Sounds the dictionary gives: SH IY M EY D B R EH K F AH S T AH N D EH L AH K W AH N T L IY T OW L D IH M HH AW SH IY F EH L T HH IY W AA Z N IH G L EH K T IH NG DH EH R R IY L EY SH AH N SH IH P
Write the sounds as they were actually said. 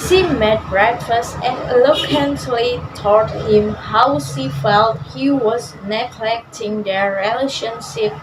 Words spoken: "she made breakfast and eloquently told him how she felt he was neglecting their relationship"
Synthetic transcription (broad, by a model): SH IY M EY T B R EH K F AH S AH N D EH L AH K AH N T L IY T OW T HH IH M HH AW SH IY F EH L T HH IY W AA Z N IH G L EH K T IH NG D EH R R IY L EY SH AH N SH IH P